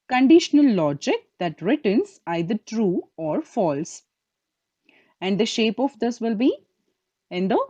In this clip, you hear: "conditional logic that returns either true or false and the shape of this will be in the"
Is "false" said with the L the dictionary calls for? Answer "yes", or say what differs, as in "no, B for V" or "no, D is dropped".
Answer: yes